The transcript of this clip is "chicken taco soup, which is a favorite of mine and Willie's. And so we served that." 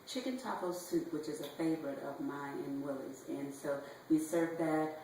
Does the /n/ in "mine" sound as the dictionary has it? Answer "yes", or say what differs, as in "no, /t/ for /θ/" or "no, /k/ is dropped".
no, /n/ is dropped